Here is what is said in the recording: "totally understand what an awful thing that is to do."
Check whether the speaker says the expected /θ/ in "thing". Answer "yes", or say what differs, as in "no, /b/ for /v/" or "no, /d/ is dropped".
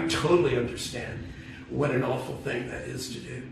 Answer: yes